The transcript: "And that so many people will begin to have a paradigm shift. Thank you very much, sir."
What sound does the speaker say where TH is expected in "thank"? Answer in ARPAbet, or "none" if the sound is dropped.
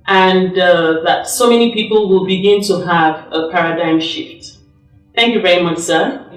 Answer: TH